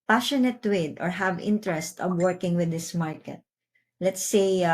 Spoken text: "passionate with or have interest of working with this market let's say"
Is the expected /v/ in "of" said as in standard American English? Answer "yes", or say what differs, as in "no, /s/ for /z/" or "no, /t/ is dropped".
no, /b/ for /v/